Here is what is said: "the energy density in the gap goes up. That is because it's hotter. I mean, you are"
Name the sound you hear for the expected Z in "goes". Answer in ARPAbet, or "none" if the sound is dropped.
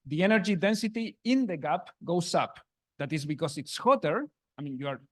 S